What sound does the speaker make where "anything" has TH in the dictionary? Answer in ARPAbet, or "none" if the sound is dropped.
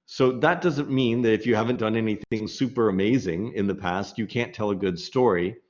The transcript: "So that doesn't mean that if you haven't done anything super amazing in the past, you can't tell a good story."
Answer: TH